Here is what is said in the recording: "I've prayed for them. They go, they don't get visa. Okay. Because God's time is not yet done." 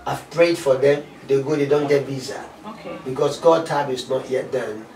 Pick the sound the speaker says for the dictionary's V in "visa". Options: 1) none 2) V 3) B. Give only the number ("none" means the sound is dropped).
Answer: 3